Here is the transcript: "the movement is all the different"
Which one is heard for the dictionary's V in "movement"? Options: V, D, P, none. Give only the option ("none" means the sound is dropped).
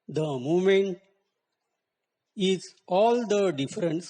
none